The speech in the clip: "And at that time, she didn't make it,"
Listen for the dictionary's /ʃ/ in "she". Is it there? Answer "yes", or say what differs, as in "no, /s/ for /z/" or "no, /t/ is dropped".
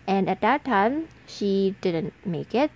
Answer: yes